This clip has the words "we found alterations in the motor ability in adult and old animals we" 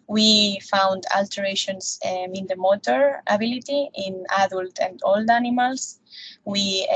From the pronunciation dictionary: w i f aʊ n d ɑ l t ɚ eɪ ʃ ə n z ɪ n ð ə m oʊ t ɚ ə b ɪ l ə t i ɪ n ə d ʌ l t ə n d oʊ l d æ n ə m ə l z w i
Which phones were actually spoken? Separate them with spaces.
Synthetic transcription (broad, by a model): w i f aʊ n d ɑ l t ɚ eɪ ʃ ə n s ɪ n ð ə m oʊ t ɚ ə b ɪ l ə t i ɪ n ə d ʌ l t ə n d oʊ l d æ n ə m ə l s w i